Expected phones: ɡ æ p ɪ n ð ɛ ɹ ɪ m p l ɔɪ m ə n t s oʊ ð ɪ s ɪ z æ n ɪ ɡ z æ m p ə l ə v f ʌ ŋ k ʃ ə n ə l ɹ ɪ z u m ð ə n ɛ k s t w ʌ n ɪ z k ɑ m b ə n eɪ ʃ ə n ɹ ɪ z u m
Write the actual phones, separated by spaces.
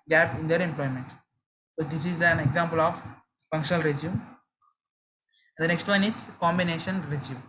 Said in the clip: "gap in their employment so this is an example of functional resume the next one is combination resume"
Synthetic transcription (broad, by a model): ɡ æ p ɪ n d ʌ ɹ ɪ m p l ɔɪ m ə n t s oʊ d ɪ s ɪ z æ n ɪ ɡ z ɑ m p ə l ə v f ʌ ŋ k ʃ ə n ə l ɹ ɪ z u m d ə n ɛ k s t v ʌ n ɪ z k ɑ m b ə n eɪ ʃ ə n ɹ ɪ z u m